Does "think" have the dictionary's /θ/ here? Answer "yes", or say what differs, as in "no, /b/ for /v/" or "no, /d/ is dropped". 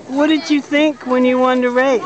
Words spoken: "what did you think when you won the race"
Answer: yes